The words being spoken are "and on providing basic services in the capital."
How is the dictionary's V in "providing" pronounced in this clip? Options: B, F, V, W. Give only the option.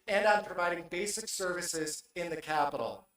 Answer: V